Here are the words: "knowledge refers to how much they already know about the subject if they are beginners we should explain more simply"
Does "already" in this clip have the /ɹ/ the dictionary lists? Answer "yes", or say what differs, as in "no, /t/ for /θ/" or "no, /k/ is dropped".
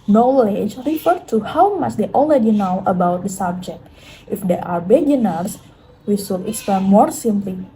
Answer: no, /l/ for /ɹ/